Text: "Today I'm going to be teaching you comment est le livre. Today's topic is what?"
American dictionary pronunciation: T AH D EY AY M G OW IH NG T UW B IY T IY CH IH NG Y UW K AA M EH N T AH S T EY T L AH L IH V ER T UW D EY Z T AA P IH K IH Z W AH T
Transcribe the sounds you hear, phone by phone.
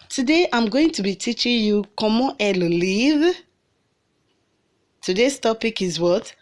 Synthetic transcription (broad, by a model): T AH D EY AY M G OW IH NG T UW B IY T IY CH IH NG Y UW K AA M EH T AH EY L L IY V T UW D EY S T AA P IH K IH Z W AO T